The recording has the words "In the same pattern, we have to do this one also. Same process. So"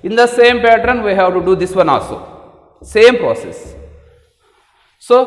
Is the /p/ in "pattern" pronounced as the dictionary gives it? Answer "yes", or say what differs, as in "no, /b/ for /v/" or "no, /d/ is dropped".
yes